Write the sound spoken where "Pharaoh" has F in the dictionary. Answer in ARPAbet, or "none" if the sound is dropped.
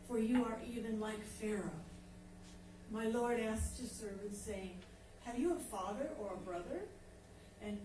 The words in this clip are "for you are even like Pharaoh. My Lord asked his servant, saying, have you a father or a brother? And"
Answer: F